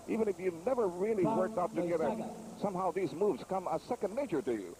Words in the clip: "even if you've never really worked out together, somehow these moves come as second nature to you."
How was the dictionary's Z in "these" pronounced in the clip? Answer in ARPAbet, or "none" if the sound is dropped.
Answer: Z